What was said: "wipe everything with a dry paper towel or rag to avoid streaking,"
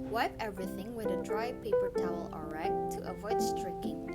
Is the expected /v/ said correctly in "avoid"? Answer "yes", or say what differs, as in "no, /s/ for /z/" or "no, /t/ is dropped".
yes